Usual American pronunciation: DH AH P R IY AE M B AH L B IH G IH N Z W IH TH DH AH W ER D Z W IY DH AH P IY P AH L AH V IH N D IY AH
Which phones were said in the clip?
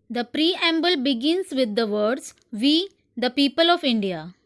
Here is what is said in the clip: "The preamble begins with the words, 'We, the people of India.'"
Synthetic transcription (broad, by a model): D AH P R IY AE M B AH L B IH G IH N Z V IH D AH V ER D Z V IY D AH P IY P AH L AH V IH N D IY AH